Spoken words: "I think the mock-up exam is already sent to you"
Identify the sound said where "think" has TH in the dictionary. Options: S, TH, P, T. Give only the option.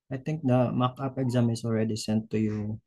T